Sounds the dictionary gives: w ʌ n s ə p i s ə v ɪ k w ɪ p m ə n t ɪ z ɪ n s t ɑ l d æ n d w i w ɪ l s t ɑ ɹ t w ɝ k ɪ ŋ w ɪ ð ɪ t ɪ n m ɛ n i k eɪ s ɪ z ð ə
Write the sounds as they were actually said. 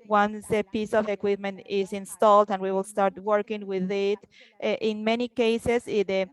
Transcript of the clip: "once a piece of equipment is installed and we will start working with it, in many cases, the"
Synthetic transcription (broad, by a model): w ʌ n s ə p i s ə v ɪ k w ɪ p m ə n t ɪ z ɪ n s t ɑ l d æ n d w i w ɪ l s t ɑ ɹ t w ɝ k ɪ ŋ w ɪ ð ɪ t ɪ n m ɛ n i k eɪ s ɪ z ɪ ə